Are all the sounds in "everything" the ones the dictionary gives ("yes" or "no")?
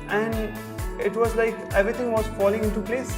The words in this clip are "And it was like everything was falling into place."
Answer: no